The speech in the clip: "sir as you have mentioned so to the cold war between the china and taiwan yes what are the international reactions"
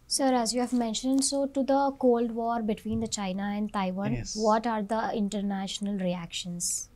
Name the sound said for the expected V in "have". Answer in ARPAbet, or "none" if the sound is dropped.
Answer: V